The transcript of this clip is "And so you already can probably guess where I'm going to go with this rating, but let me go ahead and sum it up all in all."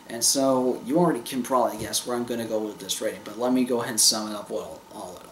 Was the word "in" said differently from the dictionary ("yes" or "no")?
yes